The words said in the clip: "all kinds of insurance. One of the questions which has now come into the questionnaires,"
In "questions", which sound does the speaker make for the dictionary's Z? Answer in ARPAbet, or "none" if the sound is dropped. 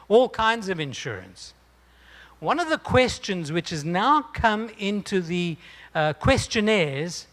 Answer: Z